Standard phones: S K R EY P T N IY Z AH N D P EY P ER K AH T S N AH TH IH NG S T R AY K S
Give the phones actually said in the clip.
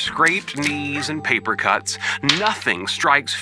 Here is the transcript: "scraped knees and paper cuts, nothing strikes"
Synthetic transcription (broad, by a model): S K R EY P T N IY Z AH N P EY P ER K AH T S N AH TH IH NG S T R AY K S